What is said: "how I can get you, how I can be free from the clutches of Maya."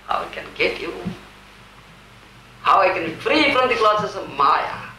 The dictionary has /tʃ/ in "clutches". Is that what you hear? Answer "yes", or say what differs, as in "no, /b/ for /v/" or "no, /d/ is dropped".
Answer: no, /s/ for /tʃ/